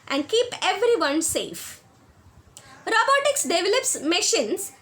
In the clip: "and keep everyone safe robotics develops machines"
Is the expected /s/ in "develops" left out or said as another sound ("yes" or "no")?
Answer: no